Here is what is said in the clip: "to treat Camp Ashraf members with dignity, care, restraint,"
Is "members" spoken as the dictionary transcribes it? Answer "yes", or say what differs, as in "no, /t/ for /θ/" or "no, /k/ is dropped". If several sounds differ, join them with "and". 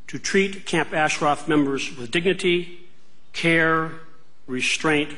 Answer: yes